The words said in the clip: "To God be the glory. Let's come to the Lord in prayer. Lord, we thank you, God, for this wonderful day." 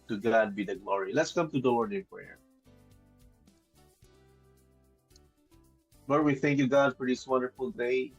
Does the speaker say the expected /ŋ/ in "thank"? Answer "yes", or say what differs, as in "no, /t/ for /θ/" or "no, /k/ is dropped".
yes